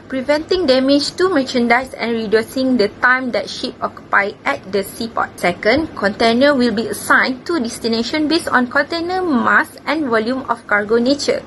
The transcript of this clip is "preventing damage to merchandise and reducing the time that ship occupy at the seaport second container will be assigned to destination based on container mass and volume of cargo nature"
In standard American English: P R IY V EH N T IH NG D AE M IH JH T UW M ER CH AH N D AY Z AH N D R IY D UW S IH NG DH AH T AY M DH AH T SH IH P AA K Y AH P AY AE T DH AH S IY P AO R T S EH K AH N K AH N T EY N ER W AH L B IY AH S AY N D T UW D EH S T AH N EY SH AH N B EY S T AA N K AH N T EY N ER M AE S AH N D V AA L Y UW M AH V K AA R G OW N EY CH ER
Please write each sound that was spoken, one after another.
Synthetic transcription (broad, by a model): P R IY V EH N T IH NG D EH M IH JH T UW M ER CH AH N D AY S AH N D R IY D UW S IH NG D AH T AY M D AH T SH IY P AA K Y AH P AY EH T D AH S IY P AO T S EH K AH N K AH N T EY N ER W AH L B IY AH S AY N T UW D EH S T AH N EY SH AH N B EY S AA N K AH N T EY N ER M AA S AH N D V AA L Y UW M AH F K AA R G OW N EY CH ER